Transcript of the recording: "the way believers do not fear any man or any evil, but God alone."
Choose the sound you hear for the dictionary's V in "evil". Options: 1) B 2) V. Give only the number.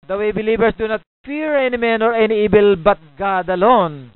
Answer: 1